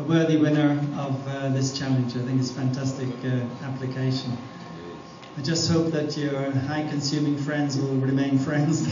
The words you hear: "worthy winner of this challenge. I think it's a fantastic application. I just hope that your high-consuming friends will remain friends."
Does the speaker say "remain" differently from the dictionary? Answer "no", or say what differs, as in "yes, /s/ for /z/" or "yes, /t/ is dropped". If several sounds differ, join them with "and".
no